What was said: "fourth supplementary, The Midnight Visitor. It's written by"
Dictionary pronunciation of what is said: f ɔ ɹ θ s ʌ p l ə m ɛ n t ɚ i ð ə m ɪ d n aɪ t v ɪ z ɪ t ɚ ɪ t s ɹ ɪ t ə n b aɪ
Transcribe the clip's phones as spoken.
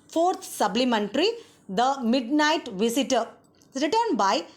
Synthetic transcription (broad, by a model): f ɔ ɹ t s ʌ b l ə m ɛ n t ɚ i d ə m ɪ d n aɪ t v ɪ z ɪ t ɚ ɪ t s ɹ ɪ t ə n b aɪ